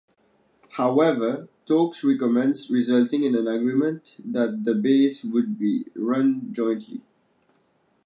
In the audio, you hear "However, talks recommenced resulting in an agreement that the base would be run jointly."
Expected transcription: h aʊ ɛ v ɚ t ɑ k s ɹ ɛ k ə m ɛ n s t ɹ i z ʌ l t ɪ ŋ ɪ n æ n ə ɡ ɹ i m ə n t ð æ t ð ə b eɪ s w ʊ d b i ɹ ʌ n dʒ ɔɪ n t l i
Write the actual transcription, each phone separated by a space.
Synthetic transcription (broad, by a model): h aʊ ɛ v ɚ t ɑ k s ɹ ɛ k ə m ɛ n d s ɹ i z ʌ l t ɪ ŋ ɪ n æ n ə ɡ ɹ i m ə n t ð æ t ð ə b eɪ s w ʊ d b i ɹ ʌ n dʒ ɔɪ n t l i